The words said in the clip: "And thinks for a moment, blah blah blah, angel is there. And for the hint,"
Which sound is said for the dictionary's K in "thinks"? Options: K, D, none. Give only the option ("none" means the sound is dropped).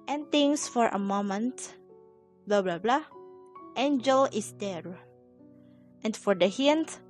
none